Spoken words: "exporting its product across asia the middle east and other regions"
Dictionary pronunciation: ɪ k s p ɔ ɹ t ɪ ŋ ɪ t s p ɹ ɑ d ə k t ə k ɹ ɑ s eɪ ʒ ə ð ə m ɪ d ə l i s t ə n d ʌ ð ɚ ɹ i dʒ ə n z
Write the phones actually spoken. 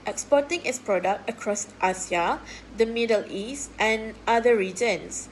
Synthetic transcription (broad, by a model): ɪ k s p ɔ t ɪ ŋ ɪ t s p ɹ ɑ d ə k t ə k ɹ ɑ s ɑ s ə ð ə m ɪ d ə l i s t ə n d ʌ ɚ ɹ i dʒ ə n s